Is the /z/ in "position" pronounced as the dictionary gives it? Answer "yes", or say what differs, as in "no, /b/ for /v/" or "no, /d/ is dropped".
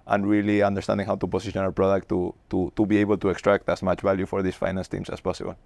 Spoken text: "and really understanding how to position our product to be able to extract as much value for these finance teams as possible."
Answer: no, /s/ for /z/